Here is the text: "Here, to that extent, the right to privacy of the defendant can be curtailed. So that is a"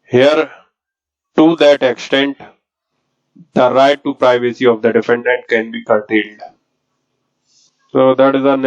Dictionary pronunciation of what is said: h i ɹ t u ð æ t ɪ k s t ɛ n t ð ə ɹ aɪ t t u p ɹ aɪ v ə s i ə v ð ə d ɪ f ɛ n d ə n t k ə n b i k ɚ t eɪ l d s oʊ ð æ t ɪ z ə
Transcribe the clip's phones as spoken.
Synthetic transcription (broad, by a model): h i ɹ t u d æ t ɪ k s t ɛ n t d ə ɹ aɪ t t u p ɹ aɪ v ə s i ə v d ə d ɪ f ɛ n d ə n t k ə n b i k ɚ t eɪ l d s oʊ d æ t ɪ z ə